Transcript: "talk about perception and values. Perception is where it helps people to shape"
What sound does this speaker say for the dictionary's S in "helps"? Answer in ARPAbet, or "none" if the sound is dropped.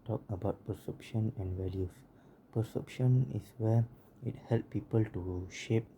none